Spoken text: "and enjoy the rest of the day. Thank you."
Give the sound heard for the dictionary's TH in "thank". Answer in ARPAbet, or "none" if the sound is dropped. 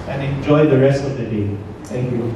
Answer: T